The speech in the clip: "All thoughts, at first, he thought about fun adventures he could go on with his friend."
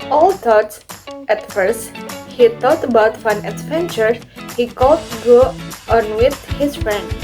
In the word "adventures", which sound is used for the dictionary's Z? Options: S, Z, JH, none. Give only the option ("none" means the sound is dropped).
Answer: none